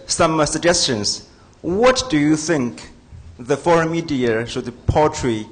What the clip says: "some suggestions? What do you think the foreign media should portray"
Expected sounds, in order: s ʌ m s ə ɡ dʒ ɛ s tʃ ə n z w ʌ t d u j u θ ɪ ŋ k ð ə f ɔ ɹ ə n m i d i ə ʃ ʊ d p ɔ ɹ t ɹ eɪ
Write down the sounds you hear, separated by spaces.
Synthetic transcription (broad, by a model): s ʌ m s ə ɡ dʒ ɛ s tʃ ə n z w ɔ t d u j u θ ɪ ŋ k ð ə f ɔ ɹ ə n m i d i ə s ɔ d p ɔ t ɹ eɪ